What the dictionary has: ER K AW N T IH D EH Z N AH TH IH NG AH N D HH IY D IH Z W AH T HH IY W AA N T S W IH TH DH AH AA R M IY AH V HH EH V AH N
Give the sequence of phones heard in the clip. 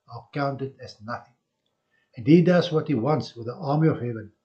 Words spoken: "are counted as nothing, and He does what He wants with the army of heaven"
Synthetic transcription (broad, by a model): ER K AW N T IH D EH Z N AH TH IH NG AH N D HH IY D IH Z W AH T HH IY W AA N T S W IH DH AH AA R M IY AH V HH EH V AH N